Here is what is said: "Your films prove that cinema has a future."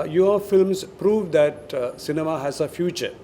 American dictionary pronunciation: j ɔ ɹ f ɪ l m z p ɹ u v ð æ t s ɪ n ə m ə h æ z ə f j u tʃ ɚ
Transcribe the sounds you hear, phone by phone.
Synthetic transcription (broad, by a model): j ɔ f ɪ l m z p ɹ u v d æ t s ɪ n ə m ə h æ z ə f j u tʃ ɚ